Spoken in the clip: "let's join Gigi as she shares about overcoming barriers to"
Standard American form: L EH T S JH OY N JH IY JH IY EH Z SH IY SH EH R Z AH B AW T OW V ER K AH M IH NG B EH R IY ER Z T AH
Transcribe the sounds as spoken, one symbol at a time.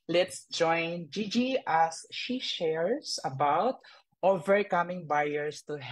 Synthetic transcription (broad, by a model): L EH T S JH OY N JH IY JH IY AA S SH IY SH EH R S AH B AW T OW V ER K AH M IH NG B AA R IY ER S T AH